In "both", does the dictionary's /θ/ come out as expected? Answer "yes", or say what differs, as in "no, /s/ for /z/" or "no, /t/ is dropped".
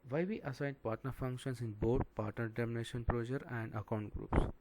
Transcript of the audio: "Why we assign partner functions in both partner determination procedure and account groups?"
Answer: no, /t/ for /θ/